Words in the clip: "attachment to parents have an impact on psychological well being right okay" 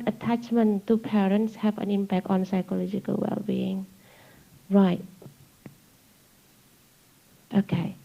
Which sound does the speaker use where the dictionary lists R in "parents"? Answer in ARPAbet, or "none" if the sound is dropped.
R